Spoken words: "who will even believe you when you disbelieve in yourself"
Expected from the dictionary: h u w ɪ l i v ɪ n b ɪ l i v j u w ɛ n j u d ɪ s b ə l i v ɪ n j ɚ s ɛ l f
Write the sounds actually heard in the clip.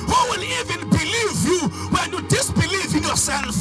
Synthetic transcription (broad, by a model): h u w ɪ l i v ɪ n b ɪ l i v j u w ɛ n j u d ɪ s b ə l i v ɪ n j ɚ s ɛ l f